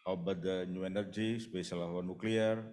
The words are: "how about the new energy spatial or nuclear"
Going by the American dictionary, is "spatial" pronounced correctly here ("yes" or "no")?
no